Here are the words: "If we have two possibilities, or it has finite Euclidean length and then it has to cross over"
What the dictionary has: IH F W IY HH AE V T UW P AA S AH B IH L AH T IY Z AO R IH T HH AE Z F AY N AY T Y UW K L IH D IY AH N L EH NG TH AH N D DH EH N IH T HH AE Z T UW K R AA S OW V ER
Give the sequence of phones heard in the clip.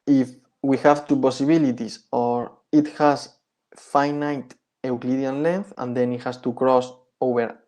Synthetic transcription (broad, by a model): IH F W IY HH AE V T UW P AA S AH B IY L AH T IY S AO R IH T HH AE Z F AY N AY T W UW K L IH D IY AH N L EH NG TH AH N D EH N IH T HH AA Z T UW K R AA S OW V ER